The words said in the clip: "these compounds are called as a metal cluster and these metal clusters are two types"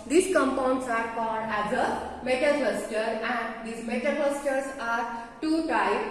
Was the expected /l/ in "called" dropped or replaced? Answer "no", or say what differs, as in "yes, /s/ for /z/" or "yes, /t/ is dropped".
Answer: yes, /l/ is dropped